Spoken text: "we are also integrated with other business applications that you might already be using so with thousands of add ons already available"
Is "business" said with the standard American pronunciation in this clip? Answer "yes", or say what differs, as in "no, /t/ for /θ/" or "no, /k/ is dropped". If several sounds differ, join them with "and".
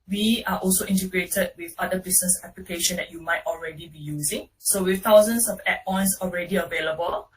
no, /s/ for /z/